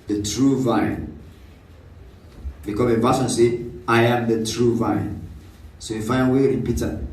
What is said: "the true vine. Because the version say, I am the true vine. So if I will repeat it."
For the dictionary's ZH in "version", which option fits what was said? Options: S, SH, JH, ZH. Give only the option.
S